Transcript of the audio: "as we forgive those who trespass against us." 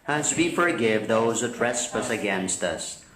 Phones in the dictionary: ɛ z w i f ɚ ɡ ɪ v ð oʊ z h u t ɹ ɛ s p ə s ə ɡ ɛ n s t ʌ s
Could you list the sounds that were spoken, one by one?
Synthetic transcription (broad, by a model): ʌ z w i f ɚ ɡ ɪ v ð oʊ z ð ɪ t ɹ ɛ s p ə s ə ɡ ɛ n s t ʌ s